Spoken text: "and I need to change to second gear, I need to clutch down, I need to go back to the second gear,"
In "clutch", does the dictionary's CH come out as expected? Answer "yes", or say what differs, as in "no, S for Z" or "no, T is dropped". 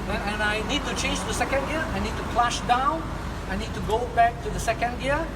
no, SH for CH